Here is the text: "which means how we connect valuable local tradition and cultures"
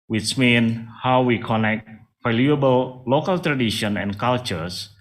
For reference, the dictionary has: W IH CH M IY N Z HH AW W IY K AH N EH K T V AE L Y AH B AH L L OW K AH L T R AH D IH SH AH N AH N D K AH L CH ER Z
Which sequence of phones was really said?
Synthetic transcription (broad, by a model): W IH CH M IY N HH AW W IY K AH N EH K T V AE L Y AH B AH L L OW K AH L T R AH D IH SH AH N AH N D K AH L CH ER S